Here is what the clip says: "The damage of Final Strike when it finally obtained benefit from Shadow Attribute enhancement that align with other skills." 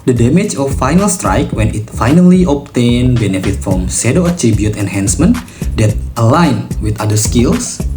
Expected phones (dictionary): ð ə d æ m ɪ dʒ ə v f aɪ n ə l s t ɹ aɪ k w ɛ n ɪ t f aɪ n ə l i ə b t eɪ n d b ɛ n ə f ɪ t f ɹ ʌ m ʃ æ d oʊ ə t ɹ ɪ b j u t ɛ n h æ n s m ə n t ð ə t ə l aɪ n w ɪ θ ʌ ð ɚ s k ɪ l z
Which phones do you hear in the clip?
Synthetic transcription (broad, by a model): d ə d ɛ m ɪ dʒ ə f aɪ n ə l s t ɹ aɪ k w ɛ n ɪ t f aɪ n ə l i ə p t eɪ n b ɛ n ə f ɪ t f ɹ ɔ m s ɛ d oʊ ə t ɹ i b j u t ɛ n h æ n s m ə n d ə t ə l aɪ n w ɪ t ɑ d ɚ s k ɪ l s